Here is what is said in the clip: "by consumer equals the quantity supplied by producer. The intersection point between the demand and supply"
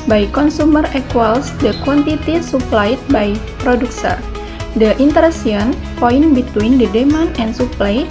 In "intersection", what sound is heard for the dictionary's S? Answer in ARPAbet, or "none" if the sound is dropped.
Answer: none